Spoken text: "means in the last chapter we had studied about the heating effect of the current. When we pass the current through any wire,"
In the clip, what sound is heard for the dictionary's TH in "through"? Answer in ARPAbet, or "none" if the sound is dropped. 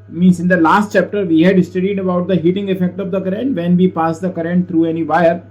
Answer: T